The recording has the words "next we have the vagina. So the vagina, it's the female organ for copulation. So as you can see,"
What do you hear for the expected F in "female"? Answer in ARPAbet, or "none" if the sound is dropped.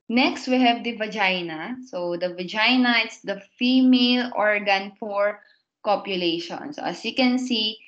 F